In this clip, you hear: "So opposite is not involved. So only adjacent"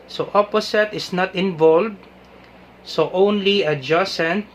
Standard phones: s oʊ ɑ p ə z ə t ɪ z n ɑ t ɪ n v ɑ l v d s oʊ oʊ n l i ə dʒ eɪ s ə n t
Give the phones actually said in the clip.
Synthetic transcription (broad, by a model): s oʊ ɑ p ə s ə t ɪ s n ɑ t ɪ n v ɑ l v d s oʊ oʊ n l i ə dʒ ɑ s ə n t